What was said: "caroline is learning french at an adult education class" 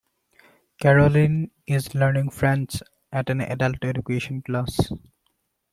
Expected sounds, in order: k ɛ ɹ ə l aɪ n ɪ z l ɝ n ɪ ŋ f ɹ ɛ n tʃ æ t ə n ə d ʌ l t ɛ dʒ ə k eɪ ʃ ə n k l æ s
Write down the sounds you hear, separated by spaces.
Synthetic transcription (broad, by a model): k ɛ ɹ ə l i n ɪ z l ɝ n ɪ ŋ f ɹ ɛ n s æ t ə n ə d ʌ l t ɛ dʒ ə k eɪ ʃ ə n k l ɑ s